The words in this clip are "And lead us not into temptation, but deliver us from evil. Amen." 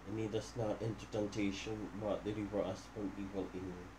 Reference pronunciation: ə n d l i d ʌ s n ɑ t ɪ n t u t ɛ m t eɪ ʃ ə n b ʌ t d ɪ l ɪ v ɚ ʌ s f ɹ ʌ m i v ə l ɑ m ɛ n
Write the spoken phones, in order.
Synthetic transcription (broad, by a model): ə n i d ʌ s n ɑ t ɪ n t u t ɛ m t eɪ ʃ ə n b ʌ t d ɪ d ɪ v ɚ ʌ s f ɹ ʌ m i p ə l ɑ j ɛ